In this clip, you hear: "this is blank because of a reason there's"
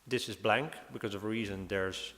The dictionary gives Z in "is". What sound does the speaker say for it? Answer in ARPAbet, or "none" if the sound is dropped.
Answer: Z